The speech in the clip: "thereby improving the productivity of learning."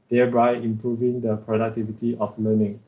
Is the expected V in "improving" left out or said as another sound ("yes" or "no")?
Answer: no